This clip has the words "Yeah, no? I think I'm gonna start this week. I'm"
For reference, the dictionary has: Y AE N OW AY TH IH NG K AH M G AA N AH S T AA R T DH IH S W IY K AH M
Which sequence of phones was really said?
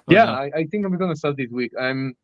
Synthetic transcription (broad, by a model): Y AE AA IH AY TH IH NG K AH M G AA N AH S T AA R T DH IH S W IY K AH M